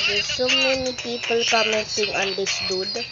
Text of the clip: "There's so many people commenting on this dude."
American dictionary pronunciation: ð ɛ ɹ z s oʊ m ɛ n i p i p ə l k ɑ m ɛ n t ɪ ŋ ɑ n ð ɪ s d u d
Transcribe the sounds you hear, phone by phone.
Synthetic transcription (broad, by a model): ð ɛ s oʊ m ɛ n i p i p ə l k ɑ m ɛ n s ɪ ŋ ɑ n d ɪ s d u d